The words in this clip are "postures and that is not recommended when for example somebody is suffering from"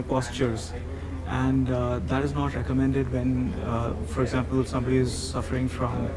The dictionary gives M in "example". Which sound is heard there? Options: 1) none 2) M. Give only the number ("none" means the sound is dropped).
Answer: 2